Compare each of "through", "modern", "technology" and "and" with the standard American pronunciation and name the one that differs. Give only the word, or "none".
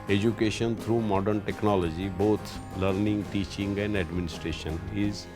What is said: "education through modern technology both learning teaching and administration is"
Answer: through